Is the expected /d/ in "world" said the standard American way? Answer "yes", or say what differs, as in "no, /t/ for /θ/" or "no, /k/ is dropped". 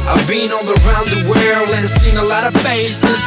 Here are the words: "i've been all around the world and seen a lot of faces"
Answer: no, /d/ is dropped